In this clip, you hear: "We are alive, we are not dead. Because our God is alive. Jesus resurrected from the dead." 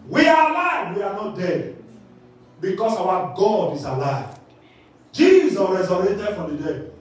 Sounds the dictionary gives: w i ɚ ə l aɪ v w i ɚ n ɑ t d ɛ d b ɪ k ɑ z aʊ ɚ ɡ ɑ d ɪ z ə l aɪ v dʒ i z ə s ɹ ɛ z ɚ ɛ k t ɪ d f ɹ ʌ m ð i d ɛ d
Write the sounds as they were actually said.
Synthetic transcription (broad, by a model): w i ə l aɪ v w i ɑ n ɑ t d ɛ d b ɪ k ɑ s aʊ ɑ ɡ ɑ d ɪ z ə l aɪ v dʒ i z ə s ɹ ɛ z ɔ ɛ t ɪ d f ɹ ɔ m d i d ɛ